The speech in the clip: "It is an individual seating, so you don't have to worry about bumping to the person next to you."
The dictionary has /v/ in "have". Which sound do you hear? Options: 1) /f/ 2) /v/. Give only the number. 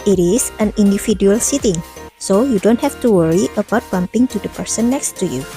1